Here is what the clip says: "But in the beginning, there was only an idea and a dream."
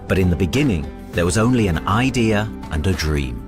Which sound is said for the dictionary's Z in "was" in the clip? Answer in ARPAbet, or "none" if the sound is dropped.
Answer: Z